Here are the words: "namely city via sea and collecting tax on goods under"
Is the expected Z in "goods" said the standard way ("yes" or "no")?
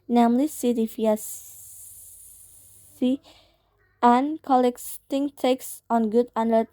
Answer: no